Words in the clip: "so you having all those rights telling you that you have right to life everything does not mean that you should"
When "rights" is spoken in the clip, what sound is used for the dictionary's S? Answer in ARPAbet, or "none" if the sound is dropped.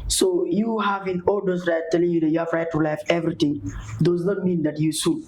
none